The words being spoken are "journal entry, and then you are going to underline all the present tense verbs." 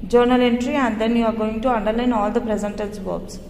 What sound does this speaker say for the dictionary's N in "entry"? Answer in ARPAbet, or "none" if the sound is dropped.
N